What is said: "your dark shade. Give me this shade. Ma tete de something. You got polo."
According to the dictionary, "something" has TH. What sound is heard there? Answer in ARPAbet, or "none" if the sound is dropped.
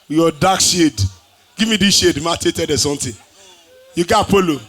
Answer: T